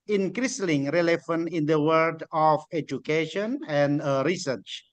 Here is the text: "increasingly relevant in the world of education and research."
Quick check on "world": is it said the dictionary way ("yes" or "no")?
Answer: no